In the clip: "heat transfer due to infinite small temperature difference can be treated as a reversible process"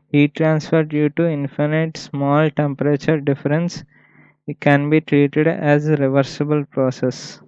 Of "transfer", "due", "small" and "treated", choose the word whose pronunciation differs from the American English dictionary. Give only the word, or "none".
none